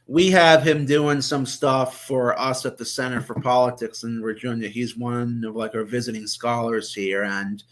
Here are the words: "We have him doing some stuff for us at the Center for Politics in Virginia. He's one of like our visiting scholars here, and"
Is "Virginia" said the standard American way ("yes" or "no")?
no